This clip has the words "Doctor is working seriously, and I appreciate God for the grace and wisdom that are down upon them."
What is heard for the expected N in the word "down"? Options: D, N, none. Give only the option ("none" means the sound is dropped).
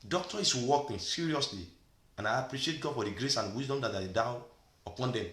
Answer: none